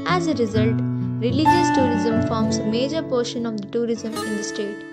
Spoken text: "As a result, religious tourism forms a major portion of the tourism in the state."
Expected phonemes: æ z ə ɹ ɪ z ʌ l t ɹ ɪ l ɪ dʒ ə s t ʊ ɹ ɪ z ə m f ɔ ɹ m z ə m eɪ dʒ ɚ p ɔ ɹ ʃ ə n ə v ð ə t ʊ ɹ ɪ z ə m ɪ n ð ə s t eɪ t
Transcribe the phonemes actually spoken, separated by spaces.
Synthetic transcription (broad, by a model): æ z ə ɹ ɪ z ʌ l t ɹ ɪ l ɪ dʒ ə s t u ɹ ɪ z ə m f ɔ ɹ m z ə m eɪ dʒ ɚ p ɔ ɹ ʃ ə n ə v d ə t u ɹ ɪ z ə m ɪ n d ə s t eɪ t